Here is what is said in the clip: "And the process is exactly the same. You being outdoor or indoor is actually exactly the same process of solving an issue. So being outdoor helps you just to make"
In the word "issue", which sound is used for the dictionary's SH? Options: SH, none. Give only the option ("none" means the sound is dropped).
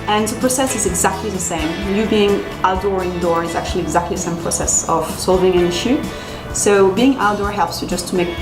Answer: SH